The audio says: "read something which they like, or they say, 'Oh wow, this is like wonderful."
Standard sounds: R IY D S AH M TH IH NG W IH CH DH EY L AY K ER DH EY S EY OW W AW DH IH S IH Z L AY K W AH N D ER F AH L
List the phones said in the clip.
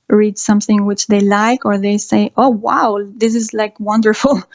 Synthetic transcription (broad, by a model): R IY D S AH M TH IH NG W IH CH DH EY L AY K ER DH EY S EY OW W AW DH IH S IH Z L AY K W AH N D ER F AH L